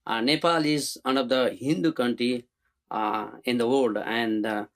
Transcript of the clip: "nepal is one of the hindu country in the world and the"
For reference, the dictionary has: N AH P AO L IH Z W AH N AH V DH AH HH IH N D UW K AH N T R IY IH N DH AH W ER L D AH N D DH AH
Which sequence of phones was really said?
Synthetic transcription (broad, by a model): N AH P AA L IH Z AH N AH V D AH HH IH N D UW K AH N T R IY IH N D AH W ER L D AH N D